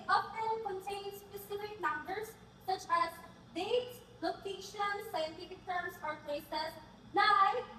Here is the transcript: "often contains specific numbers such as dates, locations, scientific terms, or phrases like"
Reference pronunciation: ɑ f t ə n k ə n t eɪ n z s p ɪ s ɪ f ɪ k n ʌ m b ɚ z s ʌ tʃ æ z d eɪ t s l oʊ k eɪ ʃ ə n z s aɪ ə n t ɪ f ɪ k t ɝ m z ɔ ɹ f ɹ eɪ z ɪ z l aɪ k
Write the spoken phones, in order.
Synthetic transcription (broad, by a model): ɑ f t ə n k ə n t eɪ n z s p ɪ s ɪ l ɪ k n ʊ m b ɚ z s ʌ tʃ æ z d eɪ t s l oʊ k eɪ ʃ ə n s aɪ ə n t ɪ f ɪ k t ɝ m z ɔ ɹ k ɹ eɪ s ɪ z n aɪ